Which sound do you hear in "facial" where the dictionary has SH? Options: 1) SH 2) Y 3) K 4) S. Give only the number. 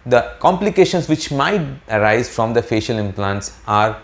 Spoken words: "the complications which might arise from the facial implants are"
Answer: 1